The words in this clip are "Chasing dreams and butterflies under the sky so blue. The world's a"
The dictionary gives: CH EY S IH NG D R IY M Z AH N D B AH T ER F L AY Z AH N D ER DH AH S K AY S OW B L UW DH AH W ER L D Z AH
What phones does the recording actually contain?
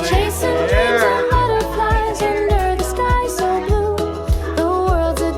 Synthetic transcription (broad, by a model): CH EY S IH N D R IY Z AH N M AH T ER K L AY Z AH N D ER DH AH S K AY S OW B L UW DH AH W ER L D Z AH